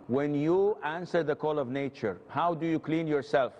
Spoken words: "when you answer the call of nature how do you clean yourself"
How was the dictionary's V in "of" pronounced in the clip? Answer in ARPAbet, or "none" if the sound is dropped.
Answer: V